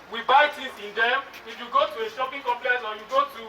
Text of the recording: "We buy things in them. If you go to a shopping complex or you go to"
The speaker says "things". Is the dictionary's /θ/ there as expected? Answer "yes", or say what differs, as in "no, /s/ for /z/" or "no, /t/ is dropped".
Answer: no, /t/ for /θ/